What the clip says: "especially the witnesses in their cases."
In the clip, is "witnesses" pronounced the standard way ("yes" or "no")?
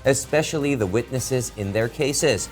yes